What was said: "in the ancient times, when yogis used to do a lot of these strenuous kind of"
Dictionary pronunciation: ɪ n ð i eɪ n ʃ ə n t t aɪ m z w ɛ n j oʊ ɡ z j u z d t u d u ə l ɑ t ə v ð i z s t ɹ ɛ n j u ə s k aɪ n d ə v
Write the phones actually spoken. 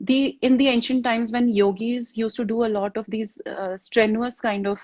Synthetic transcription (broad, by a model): ɪ n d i eɪ n ʃ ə n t t aɪ m z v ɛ n j oʊ ɡ z j u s t u d u ə l ɑ t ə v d i z s t ɹ ɛ n j u ə s k aɪ n d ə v